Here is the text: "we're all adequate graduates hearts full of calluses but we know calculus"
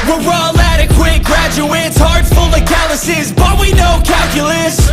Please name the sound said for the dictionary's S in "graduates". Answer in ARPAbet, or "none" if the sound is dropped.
S